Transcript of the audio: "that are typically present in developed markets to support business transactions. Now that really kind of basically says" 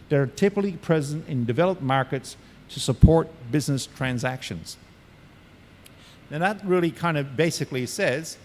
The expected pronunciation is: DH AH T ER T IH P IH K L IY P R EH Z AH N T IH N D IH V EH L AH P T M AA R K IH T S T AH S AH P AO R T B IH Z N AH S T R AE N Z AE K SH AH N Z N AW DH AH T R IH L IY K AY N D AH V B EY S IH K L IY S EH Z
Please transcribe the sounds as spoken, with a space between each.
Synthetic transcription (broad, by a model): DH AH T ER T IH P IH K L IY P R EH Z AH N T IH N D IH V EH L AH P M AA R K IH T S T AH S AH P AO R T B IH Z N AH S T R AE N Z AE K SH AH N Z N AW DH AH T R IH L IY K AY N D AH B EY S IH K L IY S EH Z